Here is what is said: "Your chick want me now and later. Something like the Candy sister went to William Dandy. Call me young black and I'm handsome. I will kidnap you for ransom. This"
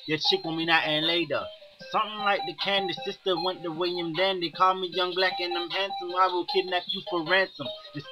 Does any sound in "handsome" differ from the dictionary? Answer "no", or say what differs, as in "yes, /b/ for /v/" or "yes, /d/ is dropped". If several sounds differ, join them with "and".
no